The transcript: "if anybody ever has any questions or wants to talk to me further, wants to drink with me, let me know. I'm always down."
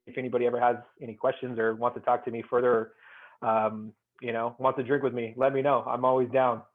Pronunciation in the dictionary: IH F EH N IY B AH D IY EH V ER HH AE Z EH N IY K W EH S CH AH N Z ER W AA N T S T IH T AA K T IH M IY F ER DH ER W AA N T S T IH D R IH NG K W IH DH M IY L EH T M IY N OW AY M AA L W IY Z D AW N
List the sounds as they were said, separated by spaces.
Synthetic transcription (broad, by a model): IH F EH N IY B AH D IY EH V ER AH Z EH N IY K W EH S CH AH N Z ER W AA N T S T IH T AA K T IH M IY F ER DH ER W AA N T S T IH D R IH NG K W IH DH M IY L EH T M IY N OW AY M AA L W IY Z D AW N